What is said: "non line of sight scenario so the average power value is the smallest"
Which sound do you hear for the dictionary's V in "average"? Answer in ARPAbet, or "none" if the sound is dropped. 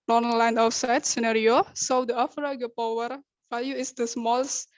F